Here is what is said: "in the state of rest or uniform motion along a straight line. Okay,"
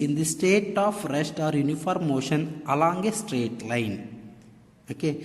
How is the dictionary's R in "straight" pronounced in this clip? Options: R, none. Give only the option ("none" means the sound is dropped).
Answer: R